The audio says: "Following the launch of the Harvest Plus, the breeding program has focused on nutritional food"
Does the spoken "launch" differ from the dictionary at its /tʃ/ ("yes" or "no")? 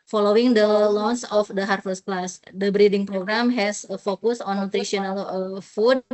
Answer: yes